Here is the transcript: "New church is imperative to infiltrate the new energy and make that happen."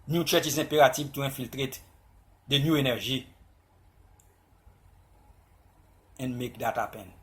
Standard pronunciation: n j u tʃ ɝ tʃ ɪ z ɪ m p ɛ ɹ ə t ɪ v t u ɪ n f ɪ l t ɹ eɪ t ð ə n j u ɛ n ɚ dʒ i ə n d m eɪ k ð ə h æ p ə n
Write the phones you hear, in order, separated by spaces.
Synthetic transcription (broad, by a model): n j u tʃ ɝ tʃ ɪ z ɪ p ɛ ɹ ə t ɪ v t u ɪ f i l t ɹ eɪ t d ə n j u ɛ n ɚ ʒ i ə n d m eɪ k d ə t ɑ p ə n